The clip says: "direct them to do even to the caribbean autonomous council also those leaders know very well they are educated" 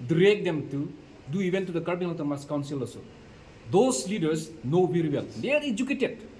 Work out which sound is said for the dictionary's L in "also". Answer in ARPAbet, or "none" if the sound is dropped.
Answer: none